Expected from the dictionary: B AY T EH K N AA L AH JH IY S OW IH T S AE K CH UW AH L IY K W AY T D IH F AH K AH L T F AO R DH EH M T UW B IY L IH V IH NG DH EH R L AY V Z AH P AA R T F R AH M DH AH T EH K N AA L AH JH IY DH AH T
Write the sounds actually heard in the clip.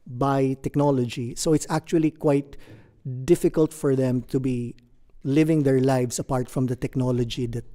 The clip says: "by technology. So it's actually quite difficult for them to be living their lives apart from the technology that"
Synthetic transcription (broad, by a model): B AY T EH K N AA L AH JH IY S OW IH T S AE K CH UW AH L IY K W AY T D IH F AH K AH L T F AO R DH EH M T UW B IY L IH V IH NG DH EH R L AY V S AH P AA R T F R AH M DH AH T EH K N AA L AH JH IY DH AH T